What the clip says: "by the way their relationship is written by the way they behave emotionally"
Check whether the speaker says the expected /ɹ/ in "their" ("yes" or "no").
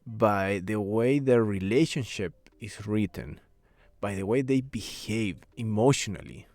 yes